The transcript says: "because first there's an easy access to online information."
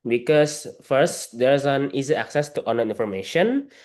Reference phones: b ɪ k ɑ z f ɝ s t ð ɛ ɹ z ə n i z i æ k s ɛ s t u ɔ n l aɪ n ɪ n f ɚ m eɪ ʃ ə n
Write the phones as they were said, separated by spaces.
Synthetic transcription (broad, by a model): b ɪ k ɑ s f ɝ s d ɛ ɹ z ə n i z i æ k s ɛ s t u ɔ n aɪ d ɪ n f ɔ m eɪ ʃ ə n